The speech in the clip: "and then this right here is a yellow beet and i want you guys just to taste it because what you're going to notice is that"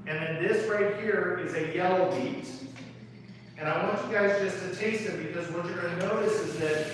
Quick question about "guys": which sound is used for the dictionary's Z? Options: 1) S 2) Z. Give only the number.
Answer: 2